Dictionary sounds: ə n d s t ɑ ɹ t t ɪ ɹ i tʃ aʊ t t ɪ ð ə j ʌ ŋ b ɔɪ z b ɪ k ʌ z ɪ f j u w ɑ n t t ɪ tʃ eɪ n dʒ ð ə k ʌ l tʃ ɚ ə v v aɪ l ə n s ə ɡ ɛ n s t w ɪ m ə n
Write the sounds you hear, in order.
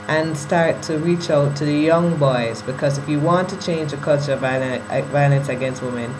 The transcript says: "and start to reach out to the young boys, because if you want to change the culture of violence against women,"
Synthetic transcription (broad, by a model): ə n s t ɑ ɹ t t ɪ ɹ i tʃ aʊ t t ɪ ð ə j ʌ ŋ b ɔɪ z b ɪ k ʌ z ɪ f j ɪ w ɑ n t t ɪ tʃ eɪ n dʒ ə k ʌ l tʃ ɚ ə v v aɪ l ə n s ə ɡ ɛ n s t w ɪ m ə n